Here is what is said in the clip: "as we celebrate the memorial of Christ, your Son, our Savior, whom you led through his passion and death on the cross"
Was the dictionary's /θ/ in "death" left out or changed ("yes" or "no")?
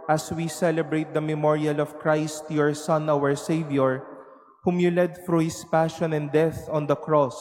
no